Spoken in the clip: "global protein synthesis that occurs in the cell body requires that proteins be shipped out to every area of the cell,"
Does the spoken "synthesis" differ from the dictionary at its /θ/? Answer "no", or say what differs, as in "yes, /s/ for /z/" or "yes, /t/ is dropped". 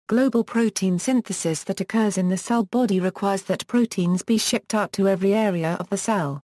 no